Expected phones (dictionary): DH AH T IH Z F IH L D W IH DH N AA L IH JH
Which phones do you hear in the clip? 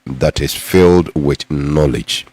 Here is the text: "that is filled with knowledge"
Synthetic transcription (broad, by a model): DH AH T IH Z F IH L D W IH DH N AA L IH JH